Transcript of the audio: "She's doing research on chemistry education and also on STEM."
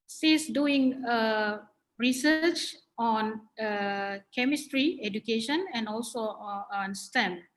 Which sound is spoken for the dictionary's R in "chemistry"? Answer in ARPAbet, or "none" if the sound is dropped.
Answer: R